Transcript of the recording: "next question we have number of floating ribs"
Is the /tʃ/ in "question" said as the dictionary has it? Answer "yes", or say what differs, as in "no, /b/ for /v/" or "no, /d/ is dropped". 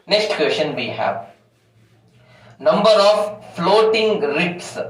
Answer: no, /ʃ/ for /tʃ/